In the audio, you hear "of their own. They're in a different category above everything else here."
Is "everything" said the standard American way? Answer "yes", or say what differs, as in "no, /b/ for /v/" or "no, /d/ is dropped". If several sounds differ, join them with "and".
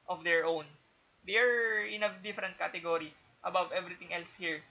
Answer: no, /t/ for /θ/